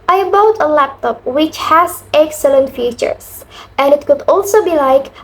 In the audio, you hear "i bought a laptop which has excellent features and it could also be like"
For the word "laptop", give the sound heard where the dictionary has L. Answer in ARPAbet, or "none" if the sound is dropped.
L